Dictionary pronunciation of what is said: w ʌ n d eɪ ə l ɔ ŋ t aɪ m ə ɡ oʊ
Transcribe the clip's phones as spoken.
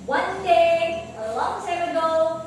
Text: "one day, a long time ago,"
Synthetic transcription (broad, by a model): w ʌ n d eɪ ə l ɔ ŋ s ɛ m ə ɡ oʊ